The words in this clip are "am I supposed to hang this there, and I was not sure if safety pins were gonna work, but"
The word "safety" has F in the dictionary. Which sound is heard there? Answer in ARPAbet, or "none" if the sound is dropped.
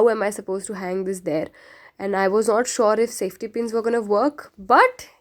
F